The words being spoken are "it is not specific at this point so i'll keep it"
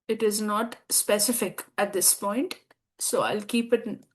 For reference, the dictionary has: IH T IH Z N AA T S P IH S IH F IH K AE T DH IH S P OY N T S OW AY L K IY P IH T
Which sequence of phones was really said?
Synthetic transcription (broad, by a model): IH T IH Z N AA T S P IH S IH F IH K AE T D IH S P OY N T S OW AY L K IY P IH T